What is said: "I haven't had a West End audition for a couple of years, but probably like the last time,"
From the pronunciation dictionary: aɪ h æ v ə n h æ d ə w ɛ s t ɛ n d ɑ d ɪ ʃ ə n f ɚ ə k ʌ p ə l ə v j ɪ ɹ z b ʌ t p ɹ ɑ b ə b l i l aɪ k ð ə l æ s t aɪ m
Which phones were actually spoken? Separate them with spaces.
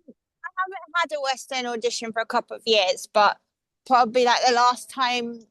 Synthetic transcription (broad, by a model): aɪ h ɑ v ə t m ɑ d ə w ɛ s t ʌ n ɑ d ɪ ʃ ə n f ɚ ə k ʌ p ə l ə v j ɪ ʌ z b ʌ t p ɹ ɑ b ə b l i l aɪ k ð ə l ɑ s t aɪ m